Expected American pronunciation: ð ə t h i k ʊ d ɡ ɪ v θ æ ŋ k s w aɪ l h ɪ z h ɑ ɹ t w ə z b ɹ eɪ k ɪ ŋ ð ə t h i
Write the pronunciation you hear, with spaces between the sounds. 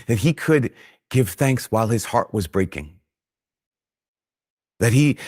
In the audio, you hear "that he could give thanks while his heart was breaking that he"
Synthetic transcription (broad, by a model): ð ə t h i k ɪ d ɡ ɪ v θ æ ŋ k s w aɪ l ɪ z h ɑ ɹ t w ə z b ɹ eɪ k ɪ ŋ ð ə t h i